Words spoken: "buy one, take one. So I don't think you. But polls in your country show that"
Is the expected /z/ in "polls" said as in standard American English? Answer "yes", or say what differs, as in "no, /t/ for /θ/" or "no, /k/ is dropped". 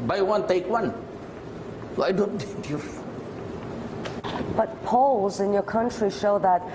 yes